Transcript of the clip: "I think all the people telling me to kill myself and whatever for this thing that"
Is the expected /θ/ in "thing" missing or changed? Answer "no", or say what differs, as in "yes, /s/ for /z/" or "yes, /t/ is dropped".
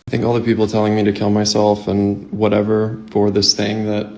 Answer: no